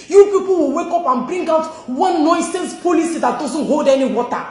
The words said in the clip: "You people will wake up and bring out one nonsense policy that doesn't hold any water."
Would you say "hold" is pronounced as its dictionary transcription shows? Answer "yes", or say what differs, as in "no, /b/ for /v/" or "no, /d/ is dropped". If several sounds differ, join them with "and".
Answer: yes